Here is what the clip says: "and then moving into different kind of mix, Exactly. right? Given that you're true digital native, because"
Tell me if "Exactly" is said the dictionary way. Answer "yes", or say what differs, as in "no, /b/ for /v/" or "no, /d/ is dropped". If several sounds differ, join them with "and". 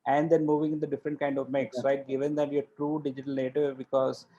no, /l/ is dropped